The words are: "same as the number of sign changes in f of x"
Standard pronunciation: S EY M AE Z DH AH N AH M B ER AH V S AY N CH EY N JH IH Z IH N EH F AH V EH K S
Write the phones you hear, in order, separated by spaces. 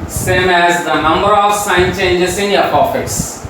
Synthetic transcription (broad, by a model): S EY M AE Z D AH N AH M B ER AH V S AY N CH EY N JH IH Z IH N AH P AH F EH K S